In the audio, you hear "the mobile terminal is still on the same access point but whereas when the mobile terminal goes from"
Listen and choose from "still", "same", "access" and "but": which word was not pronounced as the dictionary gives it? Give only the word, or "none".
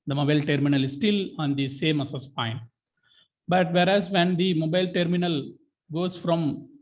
access